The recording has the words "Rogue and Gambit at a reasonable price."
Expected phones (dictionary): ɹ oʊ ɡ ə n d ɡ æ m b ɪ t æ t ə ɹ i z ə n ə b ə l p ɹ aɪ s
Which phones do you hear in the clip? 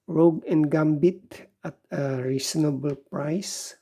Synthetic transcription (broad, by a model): ɹ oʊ ɡ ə n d ɡ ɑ m b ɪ t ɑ t ə ɹ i s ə n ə b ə l p ɹ aɪ s